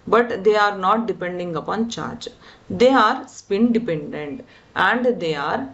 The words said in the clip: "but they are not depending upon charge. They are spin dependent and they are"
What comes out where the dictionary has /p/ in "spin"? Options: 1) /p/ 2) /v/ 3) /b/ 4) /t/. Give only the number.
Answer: 1